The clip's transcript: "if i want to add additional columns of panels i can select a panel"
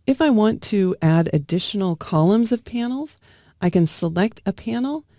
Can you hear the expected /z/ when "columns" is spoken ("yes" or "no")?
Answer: yes